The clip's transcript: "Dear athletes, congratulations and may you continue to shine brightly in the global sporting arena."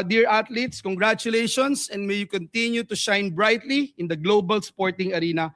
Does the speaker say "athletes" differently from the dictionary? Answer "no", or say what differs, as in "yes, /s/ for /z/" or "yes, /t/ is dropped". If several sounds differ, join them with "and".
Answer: yes, /t/ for /θ/